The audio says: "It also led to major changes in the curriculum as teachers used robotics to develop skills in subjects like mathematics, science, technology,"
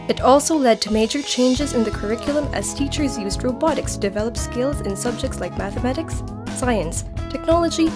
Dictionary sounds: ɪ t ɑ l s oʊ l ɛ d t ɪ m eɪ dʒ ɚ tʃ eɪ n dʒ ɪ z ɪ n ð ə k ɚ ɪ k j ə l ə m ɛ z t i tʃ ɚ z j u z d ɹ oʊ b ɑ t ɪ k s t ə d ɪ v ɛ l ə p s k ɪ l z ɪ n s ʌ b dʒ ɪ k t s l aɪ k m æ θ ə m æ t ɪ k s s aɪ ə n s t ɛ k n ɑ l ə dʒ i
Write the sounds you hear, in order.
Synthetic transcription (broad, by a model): ɪ t ɑ l s oʊ l ɛ d t ɪ m eɪ dʒ ɚ tʃ eɪ n dʒ ɪ z ɪ n ð ə k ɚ ɪ k j l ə m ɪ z t i tʃ ɚ z j u z d ɹ oʊ b ɑ t ɪ k s d ɪ v ɛ l ə p s k ɪ l z ɪ n s ʌ b dʒ ɪ k t s l aɪ k m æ θ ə m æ t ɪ k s s aɪ ə n s t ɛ k n ɑ l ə dʒ i